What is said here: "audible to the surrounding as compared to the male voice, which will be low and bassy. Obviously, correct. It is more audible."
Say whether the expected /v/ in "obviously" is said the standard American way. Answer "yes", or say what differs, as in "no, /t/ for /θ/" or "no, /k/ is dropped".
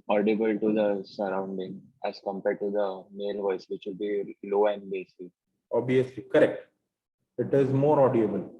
no, /v/ is dropped